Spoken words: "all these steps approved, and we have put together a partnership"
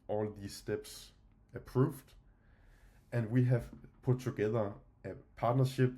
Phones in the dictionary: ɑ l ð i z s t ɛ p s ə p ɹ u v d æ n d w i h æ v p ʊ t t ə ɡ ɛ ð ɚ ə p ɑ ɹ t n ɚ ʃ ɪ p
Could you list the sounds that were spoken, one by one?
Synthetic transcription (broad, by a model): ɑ l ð i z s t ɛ b s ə p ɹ u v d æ n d w i h æ v p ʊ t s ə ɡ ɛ ð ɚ ə p ɑ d n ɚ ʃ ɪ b